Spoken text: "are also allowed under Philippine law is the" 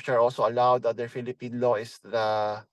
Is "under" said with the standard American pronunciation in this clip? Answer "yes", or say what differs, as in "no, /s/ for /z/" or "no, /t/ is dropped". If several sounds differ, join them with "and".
no, /n/ is dropped